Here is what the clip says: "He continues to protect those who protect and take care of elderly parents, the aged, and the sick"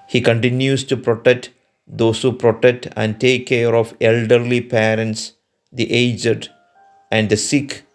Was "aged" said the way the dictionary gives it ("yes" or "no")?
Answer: yes